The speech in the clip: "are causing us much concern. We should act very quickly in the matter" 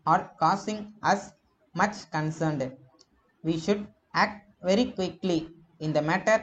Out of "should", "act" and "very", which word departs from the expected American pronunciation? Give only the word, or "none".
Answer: none